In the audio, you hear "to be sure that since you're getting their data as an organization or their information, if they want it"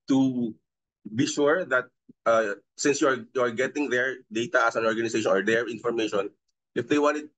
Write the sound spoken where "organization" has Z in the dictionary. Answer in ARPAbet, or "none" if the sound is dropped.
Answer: S